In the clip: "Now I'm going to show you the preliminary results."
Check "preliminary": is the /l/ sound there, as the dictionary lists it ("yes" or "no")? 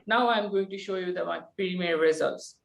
no